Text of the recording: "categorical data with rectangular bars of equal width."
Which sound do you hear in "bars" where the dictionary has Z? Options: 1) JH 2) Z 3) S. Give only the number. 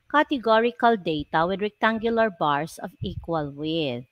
3